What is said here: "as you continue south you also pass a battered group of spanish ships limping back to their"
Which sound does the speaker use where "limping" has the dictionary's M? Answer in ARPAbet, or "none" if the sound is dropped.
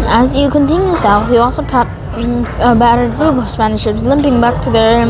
M